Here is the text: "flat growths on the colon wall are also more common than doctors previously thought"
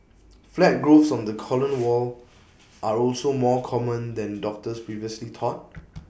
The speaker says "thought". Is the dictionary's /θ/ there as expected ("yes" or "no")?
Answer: no